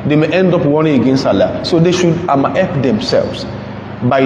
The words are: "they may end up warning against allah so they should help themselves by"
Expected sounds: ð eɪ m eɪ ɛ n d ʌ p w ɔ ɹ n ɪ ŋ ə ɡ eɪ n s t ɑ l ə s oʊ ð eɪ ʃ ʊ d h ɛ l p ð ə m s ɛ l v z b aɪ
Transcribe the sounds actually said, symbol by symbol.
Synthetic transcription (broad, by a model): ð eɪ m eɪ ɛ n d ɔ p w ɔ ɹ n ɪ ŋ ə ɡ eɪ n s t ɑ l ə s oʊ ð eɪ ʃ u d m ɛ p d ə m s ɛ l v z b aɪ